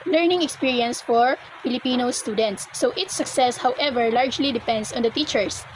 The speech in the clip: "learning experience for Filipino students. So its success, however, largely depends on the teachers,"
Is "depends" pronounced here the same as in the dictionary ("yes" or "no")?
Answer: no